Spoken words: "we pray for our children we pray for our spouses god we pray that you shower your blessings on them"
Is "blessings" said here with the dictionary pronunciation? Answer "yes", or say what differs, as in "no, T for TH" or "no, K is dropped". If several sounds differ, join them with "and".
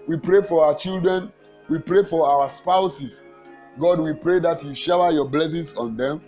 no, S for Z